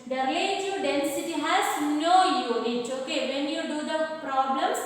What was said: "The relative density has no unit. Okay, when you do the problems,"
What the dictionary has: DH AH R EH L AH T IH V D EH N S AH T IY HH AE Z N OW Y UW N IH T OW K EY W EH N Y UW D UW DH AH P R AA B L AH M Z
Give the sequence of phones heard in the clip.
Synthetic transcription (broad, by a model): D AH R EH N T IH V D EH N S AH T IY HH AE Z N OW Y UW IH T OW K EY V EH N Y UW D UW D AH P R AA B L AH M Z